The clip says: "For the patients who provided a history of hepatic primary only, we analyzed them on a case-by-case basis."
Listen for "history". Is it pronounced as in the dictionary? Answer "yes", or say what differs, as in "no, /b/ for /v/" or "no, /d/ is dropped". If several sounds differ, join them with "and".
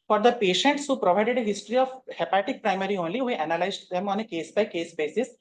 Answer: yes